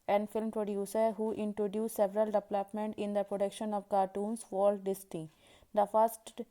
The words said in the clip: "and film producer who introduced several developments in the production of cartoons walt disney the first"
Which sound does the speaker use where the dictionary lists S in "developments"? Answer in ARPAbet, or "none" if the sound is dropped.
none